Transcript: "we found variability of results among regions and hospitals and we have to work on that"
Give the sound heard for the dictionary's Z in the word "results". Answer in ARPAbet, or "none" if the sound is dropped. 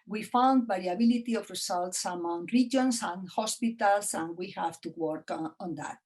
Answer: S